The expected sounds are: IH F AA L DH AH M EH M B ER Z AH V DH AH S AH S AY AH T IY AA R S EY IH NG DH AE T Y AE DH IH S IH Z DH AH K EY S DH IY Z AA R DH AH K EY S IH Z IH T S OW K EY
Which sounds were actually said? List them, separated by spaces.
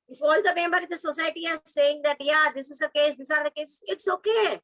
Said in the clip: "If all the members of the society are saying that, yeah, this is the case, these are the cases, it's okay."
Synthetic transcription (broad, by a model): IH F AA L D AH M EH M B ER AH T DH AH S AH S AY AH T IY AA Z S EY IH NG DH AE T Y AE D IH S IH Z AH K EY S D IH S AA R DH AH K EY S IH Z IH T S OW K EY